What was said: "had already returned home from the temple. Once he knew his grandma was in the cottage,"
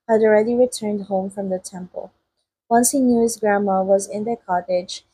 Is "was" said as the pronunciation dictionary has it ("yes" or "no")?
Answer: yes